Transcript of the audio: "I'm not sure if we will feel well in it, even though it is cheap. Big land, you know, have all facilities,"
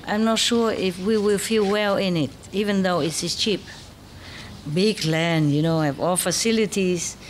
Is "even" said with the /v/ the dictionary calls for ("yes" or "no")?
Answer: yes